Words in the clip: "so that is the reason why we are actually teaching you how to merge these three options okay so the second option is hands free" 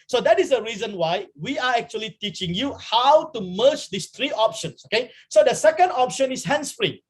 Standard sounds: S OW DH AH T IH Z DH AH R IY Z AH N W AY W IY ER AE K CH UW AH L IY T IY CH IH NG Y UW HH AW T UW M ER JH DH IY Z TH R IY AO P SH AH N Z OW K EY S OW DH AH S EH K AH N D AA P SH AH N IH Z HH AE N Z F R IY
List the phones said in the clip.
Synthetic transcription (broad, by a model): S OW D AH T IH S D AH R IY Z AH N W AY W IY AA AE K CH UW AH L IY T IY CH IH NG Y UW HH AW T UW M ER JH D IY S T R IY AO P SH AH N S OW K EY S OW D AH S EH K AH N D AA P SH AH N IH S HH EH N S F R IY